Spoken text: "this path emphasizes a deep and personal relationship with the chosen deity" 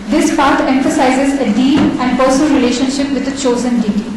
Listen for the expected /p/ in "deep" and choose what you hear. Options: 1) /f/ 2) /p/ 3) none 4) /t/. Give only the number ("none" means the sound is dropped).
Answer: 3